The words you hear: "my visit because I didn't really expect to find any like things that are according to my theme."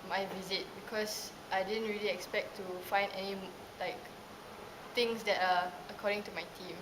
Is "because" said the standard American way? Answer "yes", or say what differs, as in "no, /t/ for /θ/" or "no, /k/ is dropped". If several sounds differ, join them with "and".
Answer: no, /s/ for /z/